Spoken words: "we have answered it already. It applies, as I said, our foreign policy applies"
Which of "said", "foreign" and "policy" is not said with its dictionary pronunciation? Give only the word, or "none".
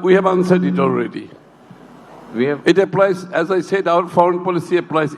none